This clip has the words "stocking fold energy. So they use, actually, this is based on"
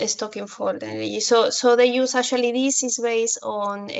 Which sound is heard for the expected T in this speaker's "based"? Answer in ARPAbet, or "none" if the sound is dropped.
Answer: none